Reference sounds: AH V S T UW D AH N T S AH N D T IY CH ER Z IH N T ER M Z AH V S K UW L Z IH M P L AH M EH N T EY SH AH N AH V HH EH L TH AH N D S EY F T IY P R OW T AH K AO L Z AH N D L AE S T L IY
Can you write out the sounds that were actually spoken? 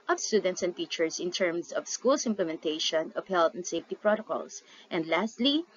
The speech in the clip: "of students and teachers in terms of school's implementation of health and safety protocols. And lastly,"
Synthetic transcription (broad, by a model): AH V S T UW D AH N T S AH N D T IY CH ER S IH N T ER M S AH V S K UW L S IH M P L AH M EH N T EY SH AH N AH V HH EH L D AH N D S EY F T IY P R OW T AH K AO L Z AH N D L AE S T L IY